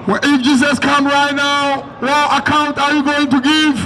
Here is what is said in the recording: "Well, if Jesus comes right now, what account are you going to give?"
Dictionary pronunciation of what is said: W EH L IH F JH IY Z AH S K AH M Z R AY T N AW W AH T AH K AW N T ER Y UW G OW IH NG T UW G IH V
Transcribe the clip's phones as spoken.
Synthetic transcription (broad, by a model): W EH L IH F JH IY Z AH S K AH M R AY T N AW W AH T AH K AW N T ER Y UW G OW IH NG T UW G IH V